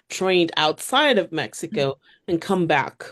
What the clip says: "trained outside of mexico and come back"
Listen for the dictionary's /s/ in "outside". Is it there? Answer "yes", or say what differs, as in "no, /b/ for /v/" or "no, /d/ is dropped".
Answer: yes